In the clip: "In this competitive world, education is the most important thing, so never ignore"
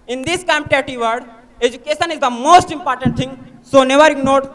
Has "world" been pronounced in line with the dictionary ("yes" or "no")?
no